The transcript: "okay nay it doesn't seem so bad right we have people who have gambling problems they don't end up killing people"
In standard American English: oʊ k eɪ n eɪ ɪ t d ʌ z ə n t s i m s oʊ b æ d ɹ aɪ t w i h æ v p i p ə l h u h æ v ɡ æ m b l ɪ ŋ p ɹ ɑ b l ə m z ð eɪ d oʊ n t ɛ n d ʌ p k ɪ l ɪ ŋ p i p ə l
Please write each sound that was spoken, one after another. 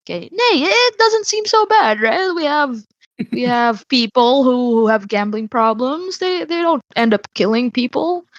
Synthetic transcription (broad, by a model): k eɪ n eɪ ɪ t d ʌ z ə n t s i m s oʊ b æ d ɹ aɪ t w i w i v p i p l h u h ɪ v ɡ æ m b l ɪ ŋ p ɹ ɑ b l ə m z ð eɪ d oʊ n t ɛ n d ʌ p k ɪ l ɪ ŋ p i p l